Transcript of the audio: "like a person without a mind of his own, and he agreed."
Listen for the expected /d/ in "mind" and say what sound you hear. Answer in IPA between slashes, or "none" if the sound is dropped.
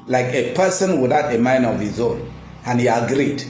none